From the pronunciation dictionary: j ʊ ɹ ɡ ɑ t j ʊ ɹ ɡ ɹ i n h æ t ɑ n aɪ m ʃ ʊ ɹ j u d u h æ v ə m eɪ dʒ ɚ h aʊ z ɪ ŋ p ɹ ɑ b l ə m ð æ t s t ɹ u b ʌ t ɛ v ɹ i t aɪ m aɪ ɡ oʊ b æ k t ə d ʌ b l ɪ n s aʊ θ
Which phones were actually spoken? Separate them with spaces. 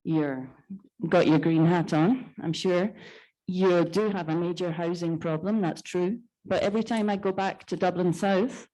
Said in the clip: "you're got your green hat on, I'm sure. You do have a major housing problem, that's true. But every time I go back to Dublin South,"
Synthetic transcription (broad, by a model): j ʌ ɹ ɡ ɑ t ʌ ɹ ɡ ɹ i n h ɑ t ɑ n aɪ m ʃ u ɹ j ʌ d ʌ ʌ v ə m eɪ dʒ ɚ h aʊ z ɪ ŋ p ɹ ɑ b l ə m ð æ t s t ɹ u b ʌ t ɛ v ɹ i t aɪ m aɪ ɡ oʊ b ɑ k t ə d ʌ b l ɪ n s aʊ θ